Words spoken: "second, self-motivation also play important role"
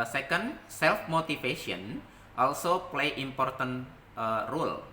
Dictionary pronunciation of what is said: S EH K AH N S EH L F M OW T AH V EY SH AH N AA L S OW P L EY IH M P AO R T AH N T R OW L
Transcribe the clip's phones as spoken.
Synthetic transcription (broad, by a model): S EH K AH N S EH L F M OW T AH F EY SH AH N AA L S OW P L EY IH M P AO R T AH N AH R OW L